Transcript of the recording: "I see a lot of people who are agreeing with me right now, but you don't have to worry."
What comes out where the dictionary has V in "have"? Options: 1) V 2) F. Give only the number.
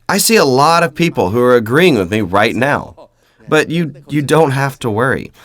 2